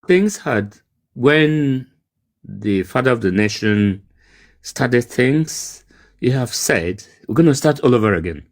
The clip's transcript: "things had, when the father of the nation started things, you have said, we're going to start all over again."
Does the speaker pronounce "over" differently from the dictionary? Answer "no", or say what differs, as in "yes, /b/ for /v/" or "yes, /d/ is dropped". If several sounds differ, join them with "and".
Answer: no